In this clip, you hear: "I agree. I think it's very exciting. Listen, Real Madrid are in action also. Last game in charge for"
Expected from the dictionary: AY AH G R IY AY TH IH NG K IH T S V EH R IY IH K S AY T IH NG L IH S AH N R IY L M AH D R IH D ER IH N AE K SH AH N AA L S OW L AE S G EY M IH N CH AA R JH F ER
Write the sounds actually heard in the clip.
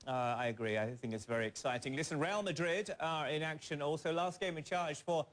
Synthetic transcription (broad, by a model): AY AH G R IY AY TH IH NG K IH T S V EH R IY IH K S AY T IH NG L IH S AH N R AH L M AH D R IH D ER IH N AE K SH AH N AA L S OW L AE S G EY M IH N CH AA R ZH F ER